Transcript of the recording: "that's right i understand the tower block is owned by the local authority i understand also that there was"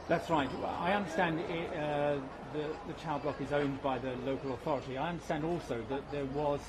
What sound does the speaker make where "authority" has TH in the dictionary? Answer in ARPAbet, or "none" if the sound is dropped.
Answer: TH